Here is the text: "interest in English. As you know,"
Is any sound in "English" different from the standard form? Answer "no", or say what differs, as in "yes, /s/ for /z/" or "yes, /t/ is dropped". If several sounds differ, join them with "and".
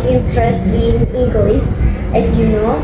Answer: yes, /s/ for /ʃ/